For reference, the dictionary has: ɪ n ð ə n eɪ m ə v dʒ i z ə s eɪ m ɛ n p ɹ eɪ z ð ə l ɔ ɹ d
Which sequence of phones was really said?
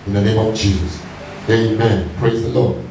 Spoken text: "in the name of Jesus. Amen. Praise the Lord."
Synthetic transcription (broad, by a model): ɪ n ð ə n eɪ m ə v dʒ i z ə s eɪ m ɛ n p ɹ eɪ z ð ə l ɔ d